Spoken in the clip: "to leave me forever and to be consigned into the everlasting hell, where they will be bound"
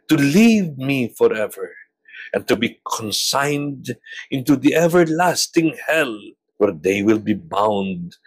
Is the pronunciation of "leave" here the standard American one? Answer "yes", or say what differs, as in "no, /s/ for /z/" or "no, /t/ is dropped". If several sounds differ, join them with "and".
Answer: yes